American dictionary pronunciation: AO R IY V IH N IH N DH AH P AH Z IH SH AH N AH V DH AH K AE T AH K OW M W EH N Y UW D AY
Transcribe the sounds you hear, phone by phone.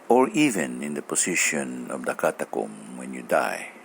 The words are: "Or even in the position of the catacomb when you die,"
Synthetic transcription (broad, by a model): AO R IY V IH N IH N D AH P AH S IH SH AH N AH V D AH K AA T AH K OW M W EH N Y UW D AY